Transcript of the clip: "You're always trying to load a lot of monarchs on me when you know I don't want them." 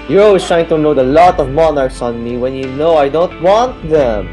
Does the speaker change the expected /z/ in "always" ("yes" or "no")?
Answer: yes